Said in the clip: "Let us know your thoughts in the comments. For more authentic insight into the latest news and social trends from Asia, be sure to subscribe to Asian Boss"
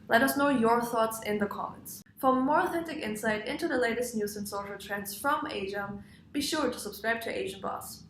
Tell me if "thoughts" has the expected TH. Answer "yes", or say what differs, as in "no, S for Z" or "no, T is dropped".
yes